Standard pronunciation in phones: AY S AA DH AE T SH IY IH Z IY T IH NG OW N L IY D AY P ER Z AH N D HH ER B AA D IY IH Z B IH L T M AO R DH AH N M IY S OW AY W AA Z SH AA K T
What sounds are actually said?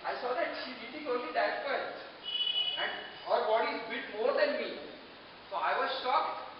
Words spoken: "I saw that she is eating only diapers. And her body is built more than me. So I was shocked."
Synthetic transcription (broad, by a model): AY S AA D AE T SH IY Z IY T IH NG OW N L IY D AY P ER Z AH N D HH ER B AA D IY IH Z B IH T M AO R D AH N M IY S OW AY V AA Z SH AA K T